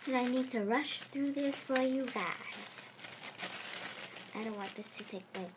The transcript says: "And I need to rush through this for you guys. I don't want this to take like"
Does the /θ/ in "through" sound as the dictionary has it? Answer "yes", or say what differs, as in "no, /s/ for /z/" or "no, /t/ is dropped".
yes